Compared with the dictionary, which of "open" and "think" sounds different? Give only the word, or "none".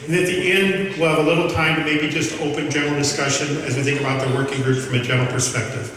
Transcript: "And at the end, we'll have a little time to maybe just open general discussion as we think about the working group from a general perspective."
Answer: none